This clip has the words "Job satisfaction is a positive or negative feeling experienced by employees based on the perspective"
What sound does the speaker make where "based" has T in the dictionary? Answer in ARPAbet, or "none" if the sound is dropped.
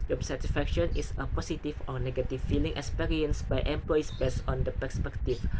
none